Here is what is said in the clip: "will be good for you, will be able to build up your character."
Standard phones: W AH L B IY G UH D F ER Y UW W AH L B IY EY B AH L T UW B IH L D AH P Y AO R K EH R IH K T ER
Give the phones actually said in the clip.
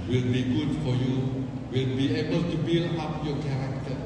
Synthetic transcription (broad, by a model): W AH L B IY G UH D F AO Y UW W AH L B IY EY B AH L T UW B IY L AH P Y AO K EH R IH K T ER